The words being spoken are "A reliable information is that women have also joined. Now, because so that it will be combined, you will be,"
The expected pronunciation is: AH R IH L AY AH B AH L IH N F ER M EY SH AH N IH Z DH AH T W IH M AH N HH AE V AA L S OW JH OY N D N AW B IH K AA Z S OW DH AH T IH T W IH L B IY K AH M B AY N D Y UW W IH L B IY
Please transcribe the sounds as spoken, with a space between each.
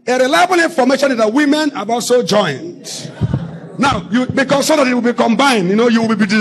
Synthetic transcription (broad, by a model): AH R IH L AY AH B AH L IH F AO M EY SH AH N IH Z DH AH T W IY M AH N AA B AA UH S OW JH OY N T N AW B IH K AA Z S OW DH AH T IH T W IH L B IY K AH M B AY N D Y UW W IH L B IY